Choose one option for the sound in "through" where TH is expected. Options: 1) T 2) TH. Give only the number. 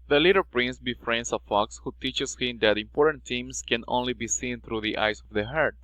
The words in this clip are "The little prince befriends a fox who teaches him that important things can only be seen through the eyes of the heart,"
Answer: 1